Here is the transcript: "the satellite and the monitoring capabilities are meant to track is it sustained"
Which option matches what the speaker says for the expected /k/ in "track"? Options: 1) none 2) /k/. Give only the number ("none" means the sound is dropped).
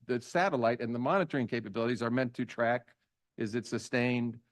2